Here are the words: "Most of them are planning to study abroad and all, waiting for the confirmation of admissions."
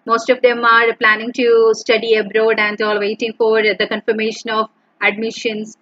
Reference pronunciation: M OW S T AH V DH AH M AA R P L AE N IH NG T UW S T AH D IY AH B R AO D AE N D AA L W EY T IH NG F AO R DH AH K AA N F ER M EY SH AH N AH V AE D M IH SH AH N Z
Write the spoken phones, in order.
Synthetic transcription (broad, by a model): M OW S T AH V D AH M AA R P L AE N IH NG T UW S T AH D IY AH B R AO D AE N D AA L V EY T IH NG F AO R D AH K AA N F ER M EY SH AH N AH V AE D M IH SH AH N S